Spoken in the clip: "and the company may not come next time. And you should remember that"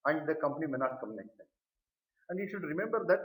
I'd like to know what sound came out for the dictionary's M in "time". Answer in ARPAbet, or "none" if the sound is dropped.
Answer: none